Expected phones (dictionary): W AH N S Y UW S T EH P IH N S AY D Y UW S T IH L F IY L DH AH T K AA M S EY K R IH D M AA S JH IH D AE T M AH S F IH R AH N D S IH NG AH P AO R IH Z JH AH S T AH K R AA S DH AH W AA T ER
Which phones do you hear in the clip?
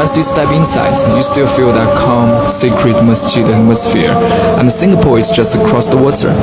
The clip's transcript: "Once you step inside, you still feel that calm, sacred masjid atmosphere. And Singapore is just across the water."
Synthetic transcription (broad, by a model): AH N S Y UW S T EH B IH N S AY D Y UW S T IH L F IY L DH AH T K AA M S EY K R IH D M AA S CH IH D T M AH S F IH R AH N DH S IH NG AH P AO R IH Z JH AH S T AH K R AA S DH AH W AA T ER